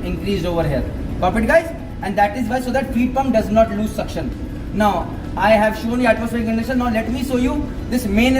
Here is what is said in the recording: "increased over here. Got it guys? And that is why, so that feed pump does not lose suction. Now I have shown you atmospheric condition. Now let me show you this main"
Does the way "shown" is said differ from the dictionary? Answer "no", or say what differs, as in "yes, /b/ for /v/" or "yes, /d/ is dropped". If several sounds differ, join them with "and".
no